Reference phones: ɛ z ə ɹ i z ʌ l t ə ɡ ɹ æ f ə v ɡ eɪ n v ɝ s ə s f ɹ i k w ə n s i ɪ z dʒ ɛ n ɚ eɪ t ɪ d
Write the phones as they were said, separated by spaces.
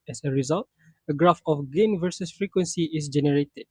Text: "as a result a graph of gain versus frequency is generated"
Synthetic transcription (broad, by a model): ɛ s ə ɹ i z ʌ l t ə ɡ ɹ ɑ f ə f ɡ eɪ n v ɝ s ə s f ɹ i k w ə n s i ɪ s dʒ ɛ n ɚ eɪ t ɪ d